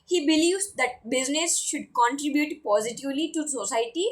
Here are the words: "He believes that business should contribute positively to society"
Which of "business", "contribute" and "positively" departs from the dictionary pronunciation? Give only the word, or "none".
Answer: none